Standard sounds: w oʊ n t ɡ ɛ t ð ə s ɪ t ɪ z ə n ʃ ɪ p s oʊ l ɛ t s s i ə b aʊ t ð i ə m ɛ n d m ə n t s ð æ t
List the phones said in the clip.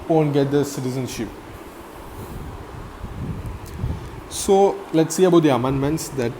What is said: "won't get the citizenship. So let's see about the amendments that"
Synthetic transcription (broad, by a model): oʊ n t ɡ ɛ t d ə s ɪ t ɪ z ə n ʃ ɪ p s oʊ l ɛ t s s i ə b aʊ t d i ə m ɛ n d m ə n t s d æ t